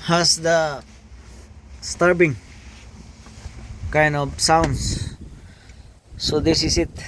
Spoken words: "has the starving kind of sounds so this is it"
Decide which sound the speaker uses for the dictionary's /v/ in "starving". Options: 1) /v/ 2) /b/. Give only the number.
2